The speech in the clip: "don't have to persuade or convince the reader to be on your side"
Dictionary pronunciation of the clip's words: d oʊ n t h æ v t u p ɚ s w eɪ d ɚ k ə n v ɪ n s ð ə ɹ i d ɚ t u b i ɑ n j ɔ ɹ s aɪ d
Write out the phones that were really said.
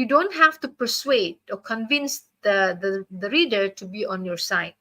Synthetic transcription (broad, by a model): d oʊ n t h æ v t u p ɚ s w eɪ d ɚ k ə n v ɪ n s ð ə ɹ i d ɚ t u b i ɑ n j ɔ ɹ s aɪ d